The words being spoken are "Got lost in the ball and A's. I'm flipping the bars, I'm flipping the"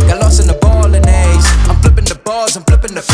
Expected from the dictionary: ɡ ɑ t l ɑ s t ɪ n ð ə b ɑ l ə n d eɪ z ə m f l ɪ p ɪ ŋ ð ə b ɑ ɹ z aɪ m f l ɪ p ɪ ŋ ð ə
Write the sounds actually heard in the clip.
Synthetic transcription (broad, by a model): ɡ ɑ l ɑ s ɪ n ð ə b ɑ l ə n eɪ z ə m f l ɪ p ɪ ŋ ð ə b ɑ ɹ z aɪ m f l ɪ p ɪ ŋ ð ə